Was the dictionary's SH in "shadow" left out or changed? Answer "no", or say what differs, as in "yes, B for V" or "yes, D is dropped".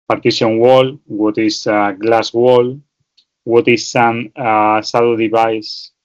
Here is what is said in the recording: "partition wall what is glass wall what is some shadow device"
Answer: yes, S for SH